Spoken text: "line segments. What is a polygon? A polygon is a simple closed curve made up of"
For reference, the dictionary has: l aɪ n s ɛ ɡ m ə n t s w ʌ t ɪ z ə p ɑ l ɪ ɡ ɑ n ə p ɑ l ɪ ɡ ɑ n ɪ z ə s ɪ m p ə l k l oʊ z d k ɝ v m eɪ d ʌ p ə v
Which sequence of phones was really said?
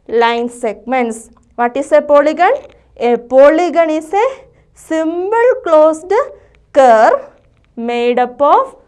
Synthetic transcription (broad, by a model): l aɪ n s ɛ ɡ m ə n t s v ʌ t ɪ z ə p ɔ l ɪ ɡ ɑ n ə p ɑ l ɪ ɡ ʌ n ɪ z ə s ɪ m b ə l k l oʊ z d k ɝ m eɪ d ʌ p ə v